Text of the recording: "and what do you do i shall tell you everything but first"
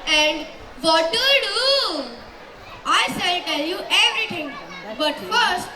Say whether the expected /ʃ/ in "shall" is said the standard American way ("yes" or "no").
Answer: no